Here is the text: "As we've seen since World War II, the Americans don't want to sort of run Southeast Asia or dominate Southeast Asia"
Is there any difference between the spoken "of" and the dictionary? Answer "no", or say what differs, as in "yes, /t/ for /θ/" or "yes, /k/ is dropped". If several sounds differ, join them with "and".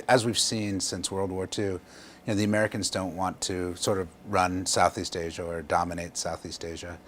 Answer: no